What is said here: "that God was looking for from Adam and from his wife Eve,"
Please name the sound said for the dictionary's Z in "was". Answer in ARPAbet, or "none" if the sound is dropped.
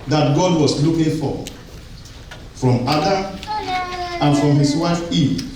S